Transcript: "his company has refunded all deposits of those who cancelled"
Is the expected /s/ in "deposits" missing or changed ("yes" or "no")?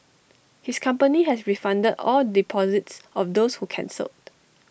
no